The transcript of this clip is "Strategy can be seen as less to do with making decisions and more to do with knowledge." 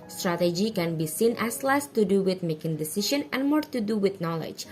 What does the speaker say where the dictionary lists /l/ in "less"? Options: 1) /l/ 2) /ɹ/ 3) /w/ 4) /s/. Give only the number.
1